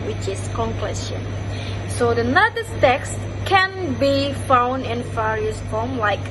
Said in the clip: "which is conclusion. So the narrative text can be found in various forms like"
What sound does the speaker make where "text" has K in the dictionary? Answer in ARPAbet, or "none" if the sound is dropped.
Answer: K